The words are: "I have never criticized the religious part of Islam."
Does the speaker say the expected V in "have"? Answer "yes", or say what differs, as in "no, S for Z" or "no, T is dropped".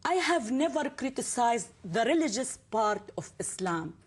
yes